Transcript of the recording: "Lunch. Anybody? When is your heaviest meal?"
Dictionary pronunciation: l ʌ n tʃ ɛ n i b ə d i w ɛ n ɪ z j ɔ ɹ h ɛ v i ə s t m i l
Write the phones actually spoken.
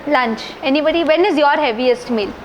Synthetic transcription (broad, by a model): l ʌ n tʃ ɛ n i b ə d i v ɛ n ɪ z j ɔ ɹ h ɛ v i ə s t m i l